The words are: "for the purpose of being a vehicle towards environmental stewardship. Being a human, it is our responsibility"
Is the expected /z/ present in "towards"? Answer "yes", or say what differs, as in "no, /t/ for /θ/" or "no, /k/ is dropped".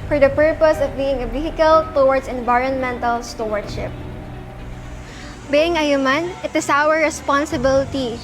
no, /s/ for /z/